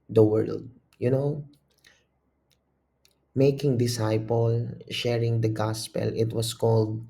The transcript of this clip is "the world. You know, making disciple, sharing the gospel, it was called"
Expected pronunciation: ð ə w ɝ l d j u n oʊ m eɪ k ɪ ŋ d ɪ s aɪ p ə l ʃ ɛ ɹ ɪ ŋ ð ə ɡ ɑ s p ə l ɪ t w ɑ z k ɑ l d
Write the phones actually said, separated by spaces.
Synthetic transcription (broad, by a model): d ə w ɝ l d j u n oʊ m eɪ k ɪ ŋ d ɪ s aɪ p ə l ʃ ɛ ɹ ɪ ŋ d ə ɡ ɑ s p ə l ɪ t w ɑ s k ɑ l d